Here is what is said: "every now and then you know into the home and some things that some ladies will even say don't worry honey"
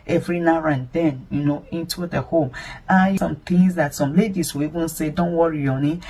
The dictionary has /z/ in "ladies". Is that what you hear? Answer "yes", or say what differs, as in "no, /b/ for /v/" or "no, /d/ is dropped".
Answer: no, /s/ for /z/